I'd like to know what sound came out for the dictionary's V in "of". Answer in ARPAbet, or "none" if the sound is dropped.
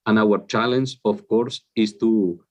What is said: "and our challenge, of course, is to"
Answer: F